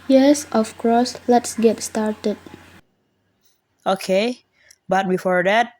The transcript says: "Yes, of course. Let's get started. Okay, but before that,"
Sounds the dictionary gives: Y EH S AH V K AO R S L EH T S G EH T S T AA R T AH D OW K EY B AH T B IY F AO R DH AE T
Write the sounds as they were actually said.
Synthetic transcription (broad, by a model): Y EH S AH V K AO S L EH T S G EH T S T AA R T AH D OW K EY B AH T B IY F AO R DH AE T